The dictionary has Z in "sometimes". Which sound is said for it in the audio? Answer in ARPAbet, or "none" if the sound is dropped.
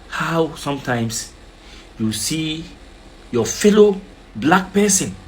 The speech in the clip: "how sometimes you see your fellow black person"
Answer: S